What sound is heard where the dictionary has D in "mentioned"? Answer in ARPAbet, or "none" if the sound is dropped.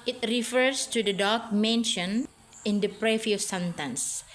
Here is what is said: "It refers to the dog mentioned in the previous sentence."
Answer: none